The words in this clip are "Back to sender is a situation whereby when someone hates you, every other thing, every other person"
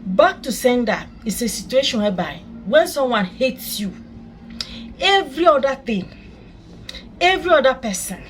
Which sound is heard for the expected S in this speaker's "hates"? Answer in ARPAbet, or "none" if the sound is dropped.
S